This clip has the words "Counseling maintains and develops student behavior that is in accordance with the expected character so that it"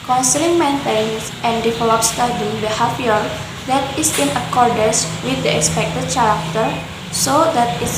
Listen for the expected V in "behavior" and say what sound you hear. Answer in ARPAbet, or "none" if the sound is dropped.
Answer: F